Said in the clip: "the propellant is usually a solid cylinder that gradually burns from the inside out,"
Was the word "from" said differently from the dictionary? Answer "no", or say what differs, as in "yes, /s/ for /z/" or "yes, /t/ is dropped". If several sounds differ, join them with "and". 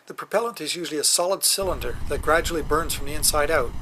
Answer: no